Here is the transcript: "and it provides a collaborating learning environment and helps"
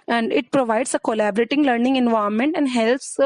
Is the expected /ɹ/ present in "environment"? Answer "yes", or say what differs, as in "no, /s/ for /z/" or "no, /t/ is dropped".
no, /ɹ/ is dropped